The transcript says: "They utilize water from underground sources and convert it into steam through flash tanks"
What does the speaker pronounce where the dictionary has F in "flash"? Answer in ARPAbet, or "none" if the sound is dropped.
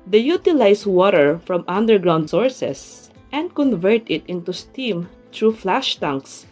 F